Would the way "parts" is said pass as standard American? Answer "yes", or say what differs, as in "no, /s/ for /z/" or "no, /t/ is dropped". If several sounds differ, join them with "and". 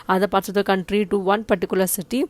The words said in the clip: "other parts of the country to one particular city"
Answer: no, /s/ is dropped